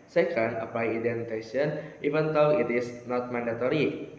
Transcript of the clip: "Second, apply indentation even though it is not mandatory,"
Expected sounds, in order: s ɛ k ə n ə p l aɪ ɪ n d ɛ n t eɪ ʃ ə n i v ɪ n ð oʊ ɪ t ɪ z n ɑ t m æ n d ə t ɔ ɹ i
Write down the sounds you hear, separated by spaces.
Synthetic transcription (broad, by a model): s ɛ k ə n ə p aɪ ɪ d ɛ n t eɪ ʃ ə n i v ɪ n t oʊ ɪ t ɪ s n ɑ t m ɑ n d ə t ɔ ɹ i